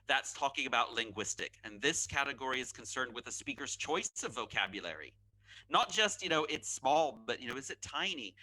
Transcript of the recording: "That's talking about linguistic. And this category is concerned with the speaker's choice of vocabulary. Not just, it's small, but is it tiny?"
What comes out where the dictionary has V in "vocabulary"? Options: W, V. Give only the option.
V